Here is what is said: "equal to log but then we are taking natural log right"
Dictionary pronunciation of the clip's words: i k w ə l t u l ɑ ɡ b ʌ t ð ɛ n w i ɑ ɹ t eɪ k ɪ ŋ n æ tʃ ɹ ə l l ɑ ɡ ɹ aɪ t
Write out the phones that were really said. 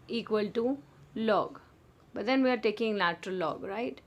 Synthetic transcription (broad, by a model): i k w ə l t u l ɑ ɡ b ʌ t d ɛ n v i ɑ ɹ t eɪ k ɪ ŋ l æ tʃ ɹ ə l l ɑ ɡ ɹ aɪ t